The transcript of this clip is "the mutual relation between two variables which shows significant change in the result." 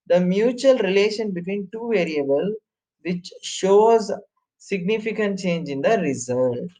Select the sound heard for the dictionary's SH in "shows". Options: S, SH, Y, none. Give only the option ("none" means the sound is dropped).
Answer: SH